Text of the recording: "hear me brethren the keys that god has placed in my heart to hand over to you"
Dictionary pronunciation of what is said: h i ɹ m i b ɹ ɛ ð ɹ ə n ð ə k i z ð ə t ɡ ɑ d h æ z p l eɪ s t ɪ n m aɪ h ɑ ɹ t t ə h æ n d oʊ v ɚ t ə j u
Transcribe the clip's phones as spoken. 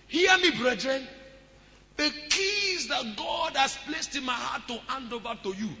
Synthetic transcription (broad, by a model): h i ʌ m i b ɹ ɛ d ɹ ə n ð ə k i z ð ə t ɡ ɑ d h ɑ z p l eɪ s t ɪ n m aɪ h ɑ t t ə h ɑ n d oʊ v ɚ t ə j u